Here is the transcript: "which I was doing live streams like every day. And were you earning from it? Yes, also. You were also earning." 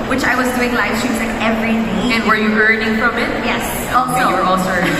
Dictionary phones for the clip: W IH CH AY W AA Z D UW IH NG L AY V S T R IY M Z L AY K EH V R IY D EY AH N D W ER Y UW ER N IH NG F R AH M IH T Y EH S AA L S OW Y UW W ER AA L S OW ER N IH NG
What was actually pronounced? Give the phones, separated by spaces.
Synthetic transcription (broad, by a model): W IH CH AY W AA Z D UW IH NG L AY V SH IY Z L AY K EH V R IY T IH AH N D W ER Y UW ER N IH NG F R AH M IH T Y EH S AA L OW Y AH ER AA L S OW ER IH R